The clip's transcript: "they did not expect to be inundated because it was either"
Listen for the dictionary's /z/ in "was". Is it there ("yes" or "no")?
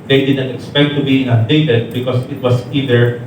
no